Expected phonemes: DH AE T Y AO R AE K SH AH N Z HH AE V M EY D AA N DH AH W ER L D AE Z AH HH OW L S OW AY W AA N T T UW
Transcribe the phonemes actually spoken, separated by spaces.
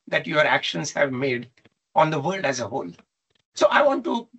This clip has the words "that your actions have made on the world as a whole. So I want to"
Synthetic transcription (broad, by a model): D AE T Y AO R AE K SH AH N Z HH AE V M EY D AA N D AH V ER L D AE Z AH HH OW L S OW AY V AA N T T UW